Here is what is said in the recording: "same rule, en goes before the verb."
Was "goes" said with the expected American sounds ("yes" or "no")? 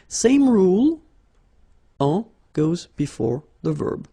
yes